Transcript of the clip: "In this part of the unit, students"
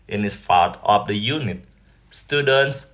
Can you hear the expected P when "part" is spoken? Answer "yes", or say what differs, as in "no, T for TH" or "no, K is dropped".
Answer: no, F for P